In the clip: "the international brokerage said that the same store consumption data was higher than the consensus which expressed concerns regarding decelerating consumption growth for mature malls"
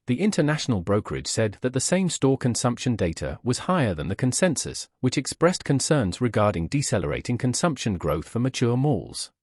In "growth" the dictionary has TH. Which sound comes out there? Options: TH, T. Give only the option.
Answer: TH